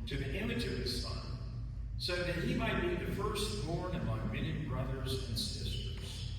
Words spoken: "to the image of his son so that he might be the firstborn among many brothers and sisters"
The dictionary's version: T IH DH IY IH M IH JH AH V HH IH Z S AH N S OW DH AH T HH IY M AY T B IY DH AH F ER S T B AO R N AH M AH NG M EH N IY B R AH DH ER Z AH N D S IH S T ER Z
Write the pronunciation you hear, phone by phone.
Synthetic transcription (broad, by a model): T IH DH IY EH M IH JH AH V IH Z S AH N S OW DH AH T HH IY M AY T B IY DH AH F ER S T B AO R N AH M AH NG M EH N IY B R AH DH ER Z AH N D S IH S T ER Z